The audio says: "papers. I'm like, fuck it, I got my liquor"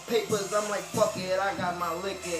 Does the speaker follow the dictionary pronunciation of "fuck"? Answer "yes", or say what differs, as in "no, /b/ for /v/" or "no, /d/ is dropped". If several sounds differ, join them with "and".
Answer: no, /p/ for /f/